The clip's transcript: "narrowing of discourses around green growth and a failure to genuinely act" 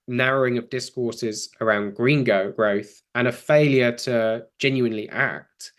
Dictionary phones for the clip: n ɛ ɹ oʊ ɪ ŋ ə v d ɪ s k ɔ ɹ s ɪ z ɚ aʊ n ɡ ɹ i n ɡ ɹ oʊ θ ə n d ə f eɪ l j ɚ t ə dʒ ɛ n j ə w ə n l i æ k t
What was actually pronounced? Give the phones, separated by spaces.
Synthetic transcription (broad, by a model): n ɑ ɹ oʊ ɪ ŋ ə v d ɪ s k ɔ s ɪ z ɚ aʊ n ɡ ɹ i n ɡ ɹ oʊ θ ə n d ə f eɪ l j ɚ t ə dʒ ɛ n j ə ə n l i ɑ k t